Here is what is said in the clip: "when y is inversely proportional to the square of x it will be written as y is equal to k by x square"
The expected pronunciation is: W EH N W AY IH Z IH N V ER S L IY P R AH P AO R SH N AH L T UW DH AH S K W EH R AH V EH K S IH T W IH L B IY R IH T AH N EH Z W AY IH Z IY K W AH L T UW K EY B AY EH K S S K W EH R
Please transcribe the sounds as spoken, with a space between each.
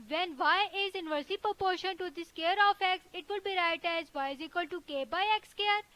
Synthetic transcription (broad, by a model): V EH N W AY IH Z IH N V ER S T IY P R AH P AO R SH AH N T UW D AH S K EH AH R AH F EH K S IH T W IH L B IY R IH T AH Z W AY IH Z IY K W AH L T UW K EY B AY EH K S S K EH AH R